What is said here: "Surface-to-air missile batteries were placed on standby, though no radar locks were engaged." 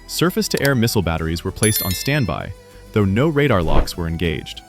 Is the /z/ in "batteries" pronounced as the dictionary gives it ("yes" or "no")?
yes